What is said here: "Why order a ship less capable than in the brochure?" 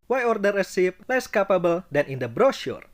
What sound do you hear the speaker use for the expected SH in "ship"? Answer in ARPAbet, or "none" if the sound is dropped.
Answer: S